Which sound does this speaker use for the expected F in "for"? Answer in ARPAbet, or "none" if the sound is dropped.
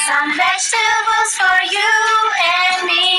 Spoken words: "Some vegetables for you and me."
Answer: F